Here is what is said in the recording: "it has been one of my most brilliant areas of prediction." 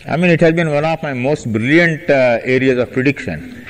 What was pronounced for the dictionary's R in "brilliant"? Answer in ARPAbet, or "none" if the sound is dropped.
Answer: R